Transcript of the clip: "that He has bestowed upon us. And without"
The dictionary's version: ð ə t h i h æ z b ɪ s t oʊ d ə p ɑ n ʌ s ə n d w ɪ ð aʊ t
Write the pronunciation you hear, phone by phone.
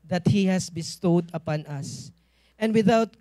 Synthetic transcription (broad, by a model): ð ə t h i h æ s b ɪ s t oʊ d ə p ɑ n ʌ s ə n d w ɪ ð aʊ t